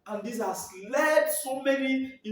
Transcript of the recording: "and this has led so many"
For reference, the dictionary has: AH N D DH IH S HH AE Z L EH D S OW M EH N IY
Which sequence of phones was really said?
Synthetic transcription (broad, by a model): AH N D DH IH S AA S L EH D S OW M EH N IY